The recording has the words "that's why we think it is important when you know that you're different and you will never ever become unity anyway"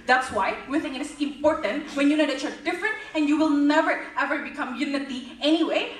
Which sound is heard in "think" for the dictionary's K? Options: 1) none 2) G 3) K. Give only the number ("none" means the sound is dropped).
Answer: 1